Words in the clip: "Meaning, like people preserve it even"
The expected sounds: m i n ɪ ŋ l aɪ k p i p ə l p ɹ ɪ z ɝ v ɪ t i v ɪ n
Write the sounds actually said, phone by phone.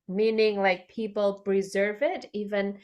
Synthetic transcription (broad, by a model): m i n ɪ ŋ l aɪ k p i p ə l p ɹ ɪ z ɝ v ɪ t i v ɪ n